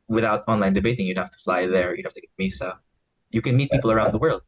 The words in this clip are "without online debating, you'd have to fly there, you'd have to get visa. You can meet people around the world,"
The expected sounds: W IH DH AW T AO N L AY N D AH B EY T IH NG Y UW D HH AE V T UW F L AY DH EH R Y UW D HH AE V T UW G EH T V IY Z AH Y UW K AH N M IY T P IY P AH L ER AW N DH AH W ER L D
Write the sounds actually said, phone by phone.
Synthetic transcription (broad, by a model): W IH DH AW T AO N L AY N D AH B EY T IH NG Y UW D HH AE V T UW F L AY DH EH R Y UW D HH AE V T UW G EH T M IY S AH Y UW K AH N M IY T P IY P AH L ER AW N DH AH W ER L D